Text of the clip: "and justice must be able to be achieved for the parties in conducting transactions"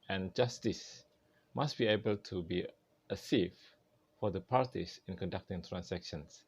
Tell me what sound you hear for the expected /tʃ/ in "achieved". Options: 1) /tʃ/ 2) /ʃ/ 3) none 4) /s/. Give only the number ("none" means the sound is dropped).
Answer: 4